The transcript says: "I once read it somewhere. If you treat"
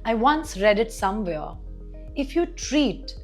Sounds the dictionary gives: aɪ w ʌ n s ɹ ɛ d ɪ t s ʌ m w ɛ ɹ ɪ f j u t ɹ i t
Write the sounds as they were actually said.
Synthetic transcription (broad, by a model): aɪ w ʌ n s ɹ ɛ d ɪ t s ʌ m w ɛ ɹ ɪ f j u t ɹ i t